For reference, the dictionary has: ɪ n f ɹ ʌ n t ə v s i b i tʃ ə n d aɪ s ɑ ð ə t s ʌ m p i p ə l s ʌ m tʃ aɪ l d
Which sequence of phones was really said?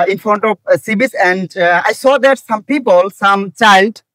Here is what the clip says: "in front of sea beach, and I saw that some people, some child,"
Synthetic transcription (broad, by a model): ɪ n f ɹ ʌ n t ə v s i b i s ə n d aɪ s ɑ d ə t s ʌ m p i p ə l s ʌ m tʃ aɪ l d